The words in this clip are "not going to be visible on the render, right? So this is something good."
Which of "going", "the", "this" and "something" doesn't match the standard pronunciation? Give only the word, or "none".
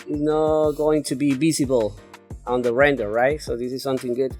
none